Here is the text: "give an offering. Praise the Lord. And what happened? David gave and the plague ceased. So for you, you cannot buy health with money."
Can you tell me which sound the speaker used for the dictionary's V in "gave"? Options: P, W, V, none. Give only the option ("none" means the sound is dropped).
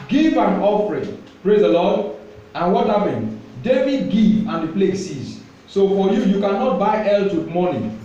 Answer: none